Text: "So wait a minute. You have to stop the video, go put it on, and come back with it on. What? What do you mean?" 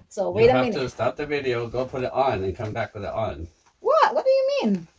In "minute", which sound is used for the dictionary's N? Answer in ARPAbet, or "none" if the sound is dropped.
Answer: none